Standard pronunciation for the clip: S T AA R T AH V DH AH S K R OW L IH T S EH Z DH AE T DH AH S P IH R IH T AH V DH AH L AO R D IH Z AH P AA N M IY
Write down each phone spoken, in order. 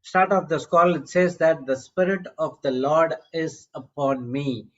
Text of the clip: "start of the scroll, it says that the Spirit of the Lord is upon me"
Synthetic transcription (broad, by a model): S T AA R T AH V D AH S K OW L IH T S EH Z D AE T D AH S P IH R IH T AH V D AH L AO R D IH Z AH P AA N M IY